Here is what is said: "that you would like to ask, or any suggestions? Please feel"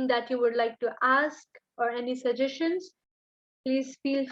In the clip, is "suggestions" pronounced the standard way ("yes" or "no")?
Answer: no